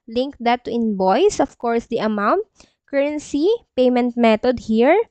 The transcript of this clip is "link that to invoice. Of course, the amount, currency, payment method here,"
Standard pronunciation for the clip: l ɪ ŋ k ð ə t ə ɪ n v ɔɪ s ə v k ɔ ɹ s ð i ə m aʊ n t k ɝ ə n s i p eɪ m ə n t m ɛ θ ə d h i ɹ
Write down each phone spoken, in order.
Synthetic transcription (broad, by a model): l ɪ ŋ k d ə t ə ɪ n b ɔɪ s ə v k ɔ ɹ s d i ə m aʊ n t k ɝ ə n s i p eɪ m ə n t m ɛ t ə d h i ɹ